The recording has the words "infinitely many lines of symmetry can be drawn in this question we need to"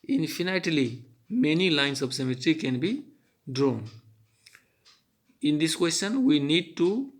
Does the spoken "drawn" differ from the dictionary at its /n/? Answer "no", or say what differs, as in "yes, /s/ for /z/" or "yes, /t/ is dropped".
no